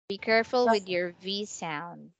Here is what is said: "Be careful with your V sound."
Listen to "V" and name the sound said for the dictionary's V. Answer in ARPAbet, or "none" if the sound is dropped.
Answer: V